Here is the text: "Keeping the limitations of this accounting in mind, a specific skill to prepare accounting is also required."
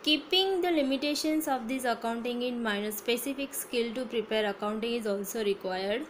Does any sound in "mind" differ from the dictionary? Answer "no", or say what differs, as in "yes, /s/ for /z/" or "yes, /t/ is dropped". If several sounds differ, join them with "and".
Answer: yes, /d/ is dropped